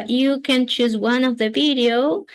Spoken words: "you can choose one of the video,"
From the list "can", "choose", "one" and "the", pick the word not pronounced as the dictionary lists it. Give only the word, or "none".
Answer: none